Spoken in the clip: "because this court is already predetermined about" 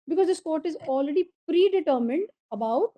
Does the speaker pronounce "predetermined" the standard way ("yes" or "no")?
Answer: yes